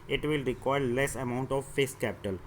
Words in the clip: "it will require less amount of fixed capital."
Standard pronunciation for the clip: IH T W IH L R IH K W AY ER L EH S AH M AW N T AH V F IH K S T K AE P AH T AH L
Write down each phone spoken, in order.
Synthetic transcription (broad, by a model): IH T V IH L R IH K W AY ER L EH S AH M AW N T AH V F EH S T K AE P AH T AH L